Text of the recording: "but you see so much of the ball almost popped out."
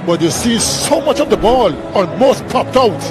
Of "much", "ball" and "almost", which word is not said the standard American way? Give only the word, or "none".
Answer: almost